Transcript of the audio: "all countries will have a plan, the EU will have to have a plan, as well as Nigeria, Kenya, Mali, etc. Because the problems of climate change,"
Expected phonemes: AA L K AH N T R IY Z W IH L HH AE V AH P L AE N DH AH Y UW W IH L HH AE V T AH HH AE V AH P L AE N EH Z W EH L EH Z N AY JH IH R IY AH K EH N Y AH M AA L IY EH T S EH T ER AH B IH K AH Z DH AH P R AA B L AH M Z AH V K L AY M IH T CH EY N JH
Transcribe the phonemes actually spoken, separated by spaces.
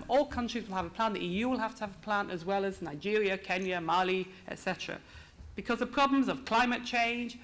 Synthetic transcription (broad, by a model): AA L K AH N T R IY Z W IH L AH V AH P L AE N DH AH Y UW W IH L HH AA F T AH V AH P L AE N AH Z W EH L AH Z N AY JH IH R IY AH K EH N Y AH M AA L IY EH T S EH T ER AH B IH K AH Z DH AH P R AA B L AH M Z AH V K L AY M IH T CH EY N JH